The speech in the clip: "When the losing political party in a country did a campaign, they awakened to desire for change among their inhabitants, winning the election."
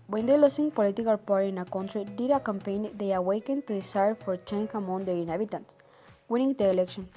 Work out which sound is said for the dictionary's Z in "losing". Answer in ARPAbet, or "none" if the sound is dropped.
S